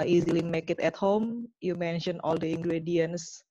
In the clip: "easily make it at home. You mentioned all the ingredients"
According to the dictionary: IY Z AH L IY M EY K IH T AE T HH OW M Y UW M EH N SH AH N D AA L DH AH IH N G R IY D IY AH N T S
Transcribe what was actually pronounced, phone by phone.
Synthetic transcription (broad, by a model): IY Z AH L IY M EY K IH T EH T HH OW M Y UW M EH N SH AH N AA L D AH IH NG G R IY D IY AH N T S